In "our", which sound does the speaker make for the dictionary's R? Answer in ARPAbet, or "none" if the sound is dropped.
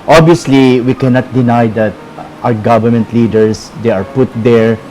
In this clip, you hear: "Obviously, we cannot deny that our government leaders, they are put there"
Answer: W